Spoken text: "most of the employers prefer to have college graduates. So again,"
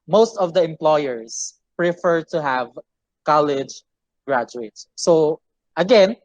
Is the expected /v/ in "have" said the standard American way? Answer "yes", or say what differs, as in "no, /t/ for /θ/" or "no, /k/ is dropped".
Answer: yes